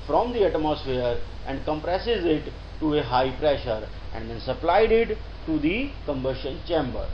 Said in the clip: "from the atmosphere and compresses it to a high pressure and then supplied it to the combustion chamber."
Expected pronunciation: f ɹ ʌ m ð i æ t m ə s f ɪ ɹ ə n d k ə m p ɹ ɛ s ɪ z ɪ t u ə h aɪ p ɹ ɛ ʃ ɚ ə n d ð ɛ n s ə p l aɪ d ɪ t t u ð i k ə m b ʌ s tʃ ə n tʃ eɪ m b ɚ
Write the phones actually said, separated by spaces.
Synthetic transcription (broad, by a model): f ɹ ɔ m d i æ t m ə s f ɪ ɹ ə n d k ə m p ɹ ɛ s ɪ z ɪ t u ə h aɪ p ɹ ɛ ʃ ɚ ə n d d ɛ n s ə p l aɪ d ɪ t t u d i k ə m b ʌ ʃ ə n tʃ eɪ m b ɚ